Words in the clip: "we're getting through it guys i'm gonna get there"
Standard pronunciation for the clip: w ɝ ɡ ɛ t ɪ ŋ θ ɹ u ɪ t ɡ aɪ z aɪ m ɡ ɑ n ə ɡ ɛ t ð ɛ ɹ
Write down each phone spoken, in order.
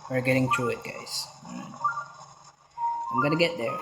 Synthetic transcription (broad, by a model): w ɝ ɡ ɛ t ɪ ŋ t ɹ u ɪ t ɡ aɪ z aɪ m ɡ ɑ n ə ɡ ɛ t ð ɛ ɹ